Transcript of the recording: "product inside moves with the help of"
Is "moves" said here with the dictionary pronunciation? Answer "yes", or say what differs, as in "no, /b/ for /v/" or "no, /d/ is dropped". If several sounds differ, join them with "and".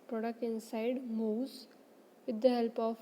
no, /v/ is dropped